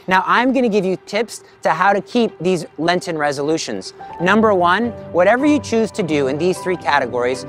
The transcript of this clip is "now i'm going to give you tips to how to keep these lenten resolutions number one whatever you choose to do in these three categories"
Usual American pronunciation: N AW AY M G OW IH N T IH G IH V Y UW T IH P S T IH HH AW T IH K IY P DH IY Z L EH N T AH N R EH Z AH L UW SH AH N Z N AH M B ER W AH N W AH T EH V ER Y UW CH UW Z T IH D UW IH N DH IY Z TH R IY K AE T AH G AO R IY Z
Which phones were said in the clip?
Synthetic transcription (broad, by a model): N AW AY M G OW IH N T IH G IH V Y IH T IH P S T IH HH AW T IH K IY P DH IY Z L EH N T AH N R EH Z AH L UW SH AH N Z N AH M B ER W AH N W AH T EH V ER Y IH CH UW Z T IH D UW IH N DH IY Z TH R IY K AE T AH G AO R IY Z